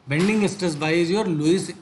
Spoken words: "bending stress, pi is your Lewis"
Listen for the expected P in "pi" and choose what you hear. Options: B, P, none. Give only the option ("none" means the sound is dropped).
B